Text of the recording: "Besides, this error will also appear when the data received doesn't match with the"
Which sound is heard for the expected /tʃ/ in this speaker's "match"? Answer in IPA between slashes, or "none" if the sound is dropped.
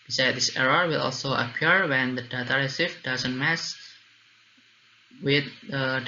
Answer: /s/